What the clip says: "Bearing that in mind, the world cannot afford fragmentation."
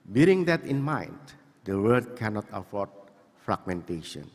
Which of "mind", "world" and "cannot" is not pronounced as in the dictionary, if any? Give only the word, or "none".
world